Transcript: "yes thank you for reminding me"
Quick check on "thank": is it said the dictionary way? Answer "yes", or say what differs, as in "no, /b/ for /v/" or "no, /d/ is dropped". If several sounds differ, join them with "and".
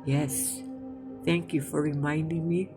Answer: yes